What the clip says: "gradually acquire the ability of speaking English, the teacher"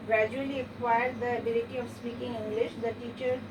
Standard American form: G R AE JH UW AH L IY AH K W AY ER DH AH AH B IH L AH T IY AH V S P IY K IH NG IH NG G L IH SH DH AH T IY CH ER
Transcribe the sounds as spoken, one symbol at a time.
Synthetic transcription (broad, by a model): G R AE JH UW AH L IY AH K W AY ER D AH AH B IH L AH T IY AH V S P IY K IH NG IH NG G L IH SH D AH T IY CH ER